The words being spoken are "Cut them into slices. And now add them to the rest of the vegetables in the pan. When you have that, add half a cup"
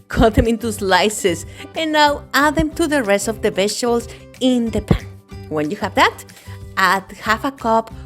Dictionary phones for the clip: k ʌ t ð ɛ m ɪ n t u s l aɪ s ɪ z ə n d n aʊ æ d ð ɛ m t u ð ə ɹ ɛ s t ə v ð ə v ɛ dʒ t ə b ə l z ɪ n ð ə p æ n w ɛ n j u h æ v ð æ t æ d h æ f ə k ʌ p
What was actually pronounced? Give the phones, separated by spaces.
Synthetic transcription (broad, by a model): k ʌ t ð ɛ m ɪ n t u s l aɪ s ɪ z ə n n aʊ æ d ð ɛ m t u ð ə ɹ ɛ s t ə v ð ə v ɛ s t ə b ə l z ɪ n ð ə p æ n w ɛ n j u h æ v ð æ t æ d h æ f ə k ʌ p